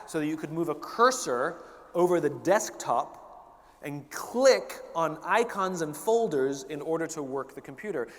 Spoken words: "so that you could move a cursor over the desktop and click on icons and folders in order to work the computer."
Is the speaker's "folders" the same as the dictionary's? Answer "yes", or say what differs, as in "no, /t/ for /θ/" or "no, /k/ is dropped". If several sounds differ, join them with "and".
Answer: yes